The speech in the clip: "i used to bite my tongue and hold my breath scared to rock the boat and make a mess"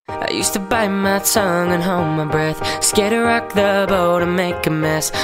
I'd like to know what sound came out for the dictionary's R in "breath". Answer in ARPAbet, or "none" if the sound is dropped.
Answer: R